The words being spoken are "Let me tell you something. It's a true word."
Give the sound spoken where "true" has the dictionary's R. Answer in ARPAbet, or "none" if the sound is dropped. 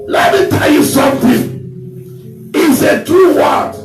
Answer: none